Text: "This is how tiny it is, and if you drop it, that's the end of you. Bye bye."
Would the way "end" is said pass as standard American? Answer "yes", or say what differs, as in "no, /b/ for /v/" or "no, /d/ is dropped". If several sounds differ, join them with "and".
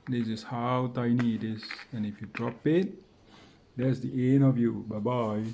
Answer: no, /d/ is dropped